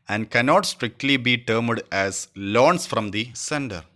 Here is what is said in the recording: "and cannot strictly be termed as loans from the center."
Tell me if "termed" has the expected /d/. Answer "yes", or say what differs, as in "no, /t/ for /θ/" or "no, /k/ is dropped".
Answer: yes